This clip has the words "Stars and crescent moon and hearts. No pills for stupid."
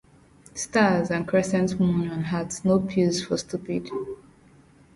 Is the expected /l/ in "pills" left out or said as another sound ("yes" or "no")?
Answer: yes